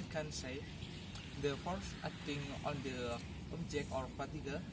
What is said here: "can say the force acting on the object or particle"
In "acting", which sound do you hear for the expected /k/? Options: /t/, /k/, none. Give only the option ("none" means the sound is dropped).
none